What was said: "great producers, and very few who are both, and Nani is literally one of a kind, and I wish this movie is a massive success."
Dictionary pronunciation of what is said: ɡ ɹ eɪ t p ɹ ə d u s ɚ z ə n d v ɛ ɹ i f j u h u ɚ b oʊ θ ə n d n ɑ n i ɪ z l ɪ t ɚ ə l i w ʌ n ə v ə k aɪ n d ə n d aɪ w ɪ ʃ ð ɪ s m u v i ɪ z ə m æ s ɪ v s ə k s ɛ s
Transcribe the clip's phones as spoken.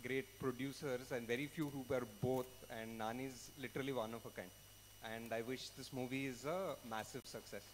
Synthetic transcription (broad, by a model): ɡ ɹ eɪ t p ɹ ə d u s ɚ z ə n d v ɛ ɹ i f j u h u ɚ b oʊ t ə n d n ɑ n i ɪ z l ɪ t ɚ ə l i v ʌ n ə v ə k aɪ n d ə n d aɪ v ɪ ʃ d ɪ s m u v i ɪ z ə m æ s ɪ v s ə k s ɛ s